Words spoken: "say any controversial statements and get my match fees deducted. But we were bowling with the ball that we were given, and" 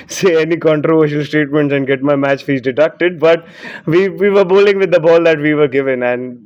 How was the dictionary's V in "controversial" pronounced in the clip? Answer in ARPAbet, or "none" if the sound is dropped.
V